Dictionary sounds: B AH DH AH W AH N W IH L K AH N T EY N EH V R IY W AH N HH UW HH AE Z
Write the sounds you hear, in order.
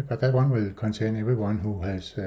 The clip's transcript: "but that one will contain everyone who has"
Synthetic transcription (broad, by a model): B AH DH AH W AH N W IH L K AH N S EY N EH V IY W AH N HH UW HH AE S